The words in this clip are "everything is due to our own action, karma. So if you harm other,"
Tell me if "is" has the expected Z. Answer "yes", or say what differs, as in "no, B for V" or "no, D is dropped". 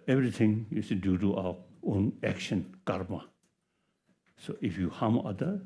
no, S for Z